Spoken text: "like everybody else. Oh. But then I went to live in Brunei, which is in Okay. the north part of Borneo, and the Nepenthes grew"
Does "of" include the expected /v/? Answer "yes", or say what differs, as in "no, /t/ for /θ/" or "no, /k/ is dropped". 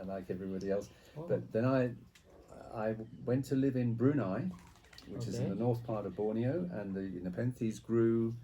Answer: yes